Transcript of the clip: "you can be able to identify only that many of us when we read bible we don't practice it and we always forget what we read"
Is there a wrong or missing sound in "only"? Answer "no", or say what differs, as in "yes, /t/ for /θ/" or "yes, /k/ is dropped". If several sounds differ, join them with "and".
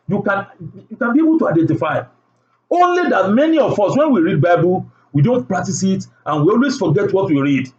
no